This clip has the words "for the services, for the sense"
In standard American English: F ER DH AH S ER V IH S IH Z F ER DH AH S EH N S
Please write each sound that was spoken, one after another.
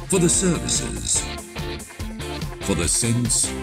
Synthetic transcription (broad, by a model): F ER DH AH S ER V IH S IH Z F ER DH AH S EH N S